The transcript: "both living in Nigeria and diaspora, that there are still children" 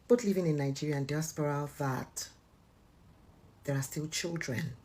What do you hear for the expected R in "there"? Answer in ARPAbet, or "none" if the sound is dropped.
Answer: R